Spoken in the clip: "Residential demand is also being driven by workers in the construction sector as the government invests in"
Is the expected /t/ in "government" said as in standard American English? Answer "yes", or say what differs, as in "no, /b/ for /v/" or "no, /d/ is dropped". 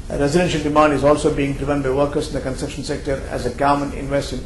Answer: no, /t/ is dropped